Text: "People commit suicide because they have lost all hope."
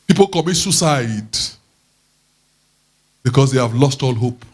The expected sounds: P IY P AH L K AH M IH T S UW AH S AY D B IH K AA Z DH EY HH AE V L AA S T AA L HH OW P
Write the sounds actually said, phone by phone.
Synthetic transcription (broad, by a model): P IY P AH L K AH M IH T S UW S AY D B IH K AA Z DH EY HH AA V L AA S T AA L HH OW P